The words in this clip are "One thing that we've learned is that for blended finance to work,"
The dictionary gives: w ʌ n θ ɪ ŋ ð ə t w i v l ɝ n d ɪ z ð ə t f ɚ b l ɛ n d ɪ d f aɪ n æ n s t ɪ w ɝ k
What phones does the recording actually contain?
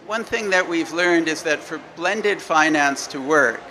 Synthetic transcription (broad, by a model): w ʌ n θ ɪ ŋ ð ə t w i v l ɝ n d ɪ z ð ə t f ɚ b l ɛ n d ɪ d f aɪ n æ n s t ɪ w ɝ k